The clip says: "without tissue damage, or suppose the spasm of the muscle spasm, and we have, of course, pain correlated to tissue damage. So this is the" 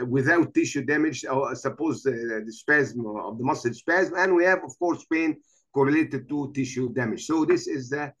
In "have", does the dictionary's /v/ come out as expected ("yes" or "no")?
yes